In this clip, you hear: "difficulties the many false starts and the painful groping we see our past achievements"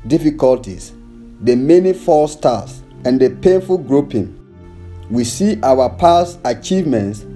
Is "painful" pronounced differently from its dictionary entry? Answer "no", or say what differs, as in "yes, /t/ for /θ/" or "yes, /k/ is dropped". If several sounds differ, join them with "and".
no